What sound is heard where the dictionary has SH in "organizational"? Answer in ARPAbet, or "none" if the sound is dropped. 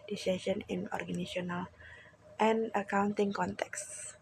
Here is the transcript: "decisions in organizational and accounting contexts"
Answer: none